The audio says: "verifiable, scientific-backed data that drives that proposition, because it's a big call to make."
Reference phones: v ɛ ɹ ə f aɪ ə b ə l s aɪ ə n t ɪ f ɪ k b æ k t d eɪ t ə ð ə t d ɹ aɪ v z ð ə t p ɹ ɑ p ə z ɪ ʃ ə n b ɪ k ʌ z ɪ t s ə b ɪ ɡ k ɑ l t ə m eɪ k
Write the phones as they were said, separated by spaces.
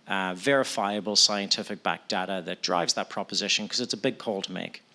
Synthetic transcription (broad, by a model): v ɛ ɹ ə f aɪ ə b ə l s aɪ ə n t ɪ f ɪ k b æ k d eɪ t ə ð ə t d ɹ aɪ v z ð ə t p ɹ ɑ p ə z ɪ ʃ ə n k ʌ z ɪ t s ə b ɪ ɡ k ɑ l t ə m eɪ k